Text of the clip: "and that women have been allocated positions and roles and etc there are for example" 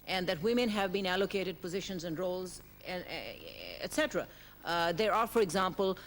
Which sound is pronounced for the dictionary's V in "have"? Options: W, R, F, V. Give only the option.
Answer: V